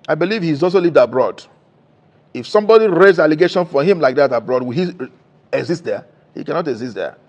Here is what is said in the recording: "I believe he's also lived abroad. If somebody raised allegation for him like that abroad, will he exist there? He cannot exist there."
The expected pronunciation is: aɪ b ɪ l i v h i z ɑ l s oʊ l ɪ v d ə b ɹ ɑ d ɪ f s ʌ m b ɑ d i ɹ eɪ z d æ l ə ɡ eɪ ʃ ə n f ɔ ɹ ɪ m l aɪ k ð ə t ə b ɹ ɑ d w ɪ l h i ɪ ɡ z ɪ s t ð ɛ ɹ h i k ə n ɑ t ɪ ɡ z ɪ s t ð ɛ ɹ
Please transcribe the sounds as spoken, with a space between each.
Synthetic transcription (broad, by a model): aɪ b ɪ l i v h i z ɑ l s oʊ l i v d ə b ɹ ɑ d ɪ f s ʌ m b ɑ d i ɹ eɪ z ɑ l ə ɡ eɪ ʃ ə n f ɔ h ɪ m l aɪ k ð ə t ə b ɹ ɑ d w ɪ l h i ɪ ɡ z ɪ s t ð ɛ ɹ h i k ə n ɑ t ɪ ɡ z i s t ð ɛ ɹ